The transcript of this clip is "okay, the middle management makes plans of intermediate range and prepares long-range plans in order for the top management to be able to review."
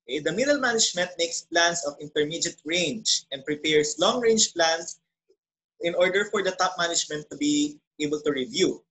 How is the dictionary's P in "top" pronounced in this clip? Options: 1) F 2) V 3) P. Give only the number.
3